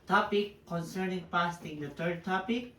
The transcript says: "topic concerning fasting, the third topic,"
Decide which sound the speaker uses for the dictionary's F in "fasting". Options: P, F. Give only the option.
P